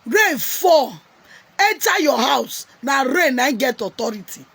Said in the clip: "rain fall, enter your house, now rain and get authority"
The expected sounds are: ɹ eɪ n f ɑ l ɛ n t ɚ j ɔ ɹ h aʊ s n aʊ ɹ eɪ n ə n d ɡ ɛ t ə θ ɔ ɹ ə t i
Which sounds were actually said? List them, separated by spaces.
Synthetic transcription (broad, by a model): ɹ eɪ f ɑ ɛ t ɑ j ɔ h aʊ s n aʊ ɹ eɪ n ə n ɡ ɛ t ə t ɔ ɹ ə t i